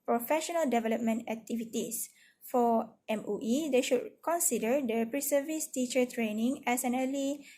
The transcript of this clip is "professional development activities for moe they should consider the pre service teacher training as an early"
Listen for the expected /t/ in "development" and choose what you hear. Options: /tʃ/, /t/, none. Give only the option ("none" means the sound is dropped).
/t/